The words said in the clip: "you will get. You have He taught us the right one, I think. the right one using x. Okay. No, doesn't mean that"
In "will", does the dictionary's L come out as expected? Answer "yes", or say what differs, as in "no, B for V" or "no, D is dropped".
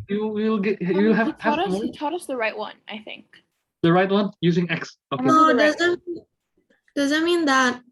yes